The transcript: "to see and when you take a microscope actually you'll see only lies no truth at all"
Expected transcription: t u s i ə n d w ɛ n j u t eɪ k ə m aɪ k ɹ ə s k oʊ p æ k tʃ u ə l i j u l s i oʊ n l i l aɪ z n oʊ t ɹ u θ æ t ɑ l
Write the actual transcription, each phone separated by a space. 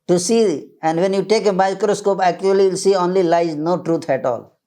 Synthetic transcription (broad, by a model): t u s i ə n d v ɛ n j u t eɪ k ə m aɪ k ɹ ə s k oʊ p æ k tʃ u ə l i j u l s i oʊ n l i l aɪ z n oʊ t ɹ u t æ t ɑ l